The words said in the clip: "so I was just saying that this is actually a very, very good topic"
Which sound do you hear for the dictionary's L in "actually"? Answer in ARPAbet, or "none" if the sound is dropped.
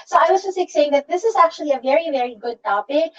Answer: L